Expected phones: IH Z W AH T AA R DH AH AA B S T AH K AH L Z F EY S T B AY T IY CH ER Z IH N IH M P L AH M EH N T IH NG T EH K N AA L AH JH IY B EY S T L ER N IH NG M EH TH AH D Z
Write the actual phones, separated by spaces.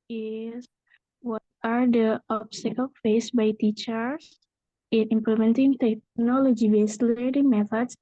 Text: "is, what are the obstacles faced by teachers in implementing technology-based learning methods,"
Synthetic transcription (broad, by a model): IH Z W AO T AA R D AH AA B S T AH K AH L F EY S B AY T IY CH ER S IH N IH M P L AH M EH N T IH NG T EH K N AA L AH JH IY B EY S L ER IH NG M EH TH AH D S